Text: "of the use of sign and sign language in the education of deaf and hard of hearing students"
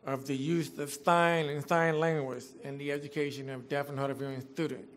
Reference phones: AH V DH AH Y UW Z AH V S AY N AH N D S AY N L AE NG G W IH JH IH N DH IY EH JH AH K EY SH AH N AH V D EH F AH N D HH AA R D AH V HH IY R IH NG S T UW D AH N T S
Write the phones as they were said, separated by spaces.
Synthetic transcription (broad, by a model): AH V DH AH Y UW Z AH V S AY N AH N S AY N L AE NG G W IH Z IH N DH IY EH JH AH K EY SH AH N AH V D EH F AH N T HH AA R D AH V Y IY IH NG S T UW D N T